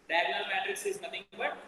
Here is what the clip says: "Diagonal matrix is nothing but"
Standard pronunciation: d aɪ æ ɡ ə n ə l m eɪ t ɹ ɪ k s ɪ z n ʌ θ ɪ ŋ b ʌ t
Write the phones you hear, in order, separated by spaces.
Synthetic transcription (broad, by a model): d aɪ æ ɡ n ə l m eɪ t ɹ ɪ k s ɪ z n ʌ t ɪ ŋ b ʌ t